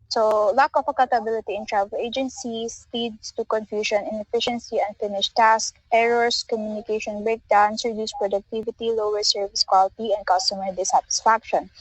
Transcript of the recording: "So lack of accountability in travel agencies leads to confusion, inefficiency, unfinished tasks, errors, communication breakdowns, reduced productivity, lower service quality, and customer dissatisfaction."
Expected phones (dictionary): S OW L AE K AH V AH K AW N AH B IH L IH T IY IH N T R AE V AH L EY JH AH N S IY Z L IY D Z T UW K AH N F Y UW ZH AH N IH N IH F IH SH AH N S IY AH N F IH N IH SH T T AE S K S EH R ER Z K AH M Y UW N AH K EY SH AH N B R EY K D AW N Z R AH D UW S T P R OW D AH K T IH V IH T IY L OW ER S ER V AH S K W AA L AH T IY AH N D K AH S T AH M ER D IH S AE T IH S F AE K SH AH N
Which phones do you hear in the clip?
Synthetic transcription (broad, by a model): S OW L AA K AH F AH K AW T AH B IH L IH T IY IH N T R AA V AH L EY JH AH N S IY S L IY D S T UW K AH N F Y UW SH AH N IH N IH F IH SH AH N S IY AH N F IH N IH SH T T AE S K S EH R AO S K AH M Y UW N AH K EY SH AH N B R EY K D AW N S R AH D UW S P R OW D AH K T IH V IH T IY L OW ER S ER V AH S K W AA L T IY AH N D K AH S T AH M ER D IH S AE T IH S F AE K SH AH N